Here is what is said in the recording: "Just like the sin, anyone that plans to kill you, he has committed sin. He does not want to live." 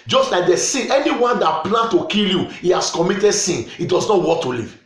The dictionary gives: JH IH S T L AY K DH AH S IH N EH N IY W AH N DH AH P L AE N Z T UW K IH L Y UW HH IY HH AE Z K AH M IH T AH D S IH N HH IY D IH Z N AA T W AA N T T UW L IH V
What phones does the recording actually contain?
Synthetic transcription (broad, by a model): JH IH S T L AY K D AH S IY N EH N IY W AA N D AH P L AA N T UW K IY L Y UW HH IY HH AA S K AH M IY T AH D S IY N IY D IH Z N AA T W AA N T T UW L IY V